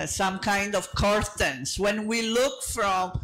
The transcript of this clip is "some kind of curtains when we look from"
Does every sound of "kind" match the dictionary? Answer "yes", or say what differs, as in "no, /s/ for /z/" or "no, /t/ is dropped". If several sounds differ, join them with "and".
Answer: yes